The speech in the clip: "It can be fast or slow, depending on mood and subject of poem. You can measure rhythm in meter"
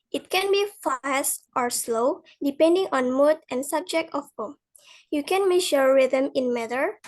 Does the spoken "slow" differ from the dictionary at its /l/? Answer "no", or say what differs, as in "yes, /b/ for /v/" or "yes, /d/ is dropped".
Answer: no